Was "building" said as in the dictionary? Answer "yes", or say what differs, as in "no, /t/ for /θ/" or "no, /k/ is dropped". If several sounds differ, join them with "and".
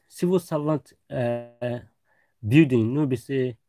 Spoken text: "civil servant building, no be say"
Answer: no, /l/ is dropped